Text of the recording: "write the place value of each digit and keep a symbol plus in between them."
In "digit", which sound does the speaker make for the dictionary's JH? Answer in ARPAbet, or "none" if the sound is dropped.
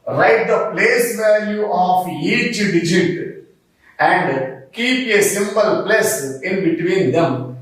JH